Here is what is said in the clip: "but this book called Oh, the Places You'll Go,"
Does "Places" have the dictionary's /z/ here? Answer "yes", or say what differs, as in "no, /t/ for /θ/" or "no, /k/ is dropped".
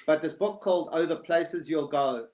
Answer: yes